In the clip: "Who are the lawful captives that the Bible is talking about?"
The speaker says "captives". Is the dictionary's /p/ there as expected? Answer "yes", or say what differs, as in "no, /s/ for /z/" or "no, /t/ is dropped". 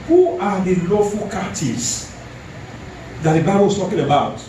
no, /p/ is dropped